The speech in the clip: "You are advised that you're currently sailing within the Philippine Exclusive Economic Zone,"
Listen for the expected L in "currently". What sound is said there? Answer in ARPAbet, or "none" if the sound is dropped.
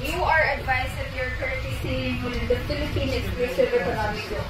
none